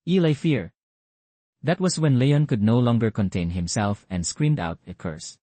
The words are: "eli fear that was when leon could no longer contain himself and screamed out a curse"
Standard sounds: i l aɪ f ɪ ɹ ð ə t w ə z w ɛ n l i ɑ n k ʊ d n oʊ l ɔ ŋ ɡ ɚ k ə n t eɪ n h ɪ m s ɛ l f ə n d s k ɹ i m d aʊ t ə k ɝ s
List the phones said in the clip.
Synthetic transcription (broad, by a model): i l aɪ f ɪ ɹ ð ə t w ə s w ɛ n l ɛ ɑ n k ʊ d n oʊ l ɔ ŋ ɡ ɚ k ə n t eɪ n h ɪ m s ɛ l f ə n d s k ɹ i m d aʊ t ə k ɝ s